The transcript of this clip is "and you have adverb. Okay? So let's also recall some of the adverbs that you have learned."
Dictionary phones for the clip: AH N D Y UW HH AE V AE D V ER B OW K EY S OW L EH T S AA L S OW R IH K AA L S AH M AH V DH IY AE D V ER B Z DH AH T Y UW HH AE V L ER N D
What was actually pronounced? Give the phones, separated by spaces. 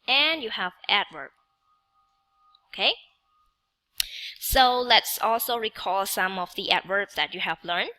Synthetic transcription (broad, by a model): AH N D Y UW HH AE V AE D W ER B OW K EY S OW L EH T S AA L S OW R IH K AA L S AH M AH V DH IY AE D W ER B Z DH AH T Y UW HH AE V L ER N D